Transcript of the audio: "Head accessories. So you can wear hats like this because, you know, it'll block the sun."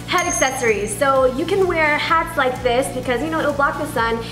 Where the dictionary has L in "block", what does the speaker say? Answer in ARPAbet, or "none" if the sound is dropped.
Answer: L